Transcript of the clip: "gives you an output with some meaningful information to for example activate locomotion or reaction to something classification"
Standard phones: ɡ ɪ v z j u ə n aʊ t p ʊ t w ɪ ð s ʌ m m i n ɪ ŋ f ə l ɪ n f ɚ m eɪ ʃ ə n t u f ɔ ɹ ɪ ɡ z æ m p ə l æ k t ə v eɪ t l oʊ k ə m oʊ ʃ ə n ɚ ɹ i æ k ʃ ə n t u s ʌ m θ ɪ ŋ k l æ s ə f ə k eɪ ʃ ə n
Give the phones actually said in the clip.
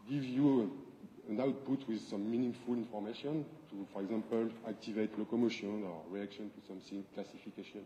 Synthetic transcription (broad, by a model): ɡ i v j u ə n aʊ t p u t w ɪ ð s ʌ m m i n ɪ ŋ f ə l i n f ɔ m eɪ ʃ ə n t u f ɔ ɹ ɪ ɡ z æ m p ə l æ k t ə v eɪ t l oʊ k ə m oʊ ʃ ə n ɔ ɹ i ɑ k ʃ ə n t u s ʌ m s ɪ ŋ k l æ s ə f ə k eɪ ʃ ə n